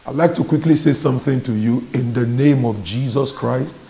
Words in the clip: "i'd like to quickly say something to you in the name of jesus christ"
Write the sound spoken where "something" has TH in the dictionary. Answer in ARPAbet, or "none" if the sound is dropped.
TH